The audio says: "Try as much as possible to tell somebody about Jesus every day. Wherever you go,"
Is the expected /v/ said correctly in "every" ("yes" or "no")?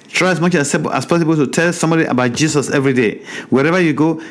yes